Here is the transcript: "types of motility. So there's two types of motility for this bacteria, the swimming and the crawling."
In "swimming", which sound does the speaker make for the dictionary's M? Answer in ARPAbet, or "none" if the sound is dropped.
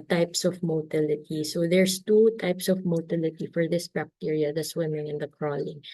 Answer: M